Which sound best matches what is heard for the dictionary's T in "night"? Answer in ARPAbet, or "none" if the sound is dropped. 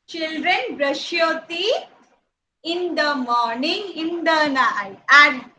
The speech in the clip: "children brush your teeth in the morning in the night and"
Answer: none